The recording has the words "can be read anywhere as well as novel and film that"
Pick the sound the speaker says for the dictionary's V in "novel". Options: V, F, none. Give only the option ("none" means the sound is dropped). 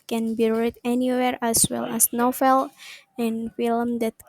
F